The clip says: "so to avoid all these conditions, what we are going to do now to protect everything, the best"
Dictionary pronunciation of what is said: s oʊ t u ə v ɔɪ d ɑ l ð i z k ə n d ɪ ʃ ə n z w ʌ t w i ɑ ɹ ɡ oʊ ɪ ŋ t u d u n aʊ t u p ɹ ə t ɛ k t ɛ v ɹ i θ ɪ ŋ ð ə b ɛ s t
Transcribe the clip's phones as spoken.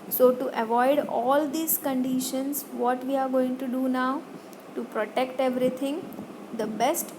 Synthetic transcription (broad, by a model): s oʊ t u ə v ɔɪ d ɑ l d i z k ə n d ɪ ʃ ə n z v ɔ t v i ɑ ɹ ɡ oʊ ɪ ŋ t u d u n aʊ t u p ɹ ə t ɛ k t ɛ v ɹ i t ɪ ŋ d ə b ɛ s t